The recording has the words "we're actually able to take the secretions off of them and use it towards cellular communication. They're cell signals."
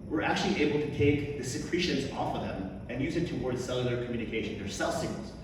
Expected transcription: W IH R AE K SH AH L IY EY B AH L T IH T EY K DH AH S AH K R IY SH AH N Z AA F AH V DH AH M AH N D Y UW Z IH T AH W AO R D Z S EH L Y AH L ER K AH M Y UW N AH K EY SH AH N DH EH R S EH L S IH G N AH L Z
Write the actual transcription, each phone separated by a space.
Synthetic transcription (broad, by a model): W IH R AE K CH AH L IY EY B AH L T IH T EY K DH AH S AH K R IY SH AH N Z AA F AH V DH AH M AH N Y UW Z IH T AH W AO R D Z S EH L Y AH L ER K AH M Y UW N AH K EY SH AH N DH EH R S EH L S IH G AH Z